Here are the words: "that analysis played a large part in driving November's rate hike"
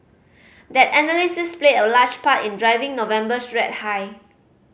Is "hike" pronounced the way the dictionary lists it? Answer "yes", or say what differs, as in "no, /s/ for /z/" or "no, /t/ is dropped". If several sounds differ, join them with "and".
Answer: no, /k/ is dropped